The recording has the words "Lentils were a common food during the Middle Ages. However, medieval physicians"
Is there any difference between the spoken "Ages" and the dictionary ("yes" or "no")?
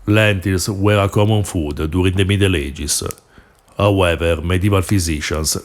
yes